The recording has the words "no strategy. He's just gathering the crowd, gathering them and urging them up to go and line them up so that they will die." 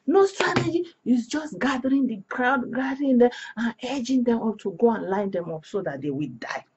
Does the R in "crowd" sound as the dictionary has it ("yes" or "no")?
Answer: yes